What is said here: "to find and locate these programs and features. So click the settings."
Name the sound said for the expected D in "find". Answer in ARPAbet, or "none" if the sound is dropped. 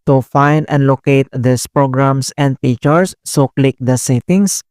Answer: D